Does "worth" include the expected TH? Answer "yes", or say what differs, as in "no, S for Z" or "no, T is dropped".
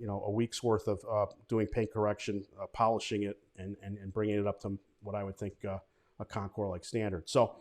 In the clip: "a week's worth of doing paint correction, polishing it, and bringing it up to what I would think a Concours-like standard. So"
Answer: yes